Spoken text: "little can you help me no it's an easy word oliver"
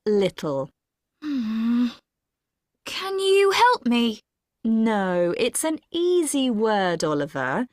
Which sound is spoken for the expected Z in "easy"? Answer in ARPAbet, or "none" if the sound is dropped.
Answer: Z